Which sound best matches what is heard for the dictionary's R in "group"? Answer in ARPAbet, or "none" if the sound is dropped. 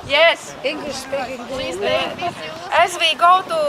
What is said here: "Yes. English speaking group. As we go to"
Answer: none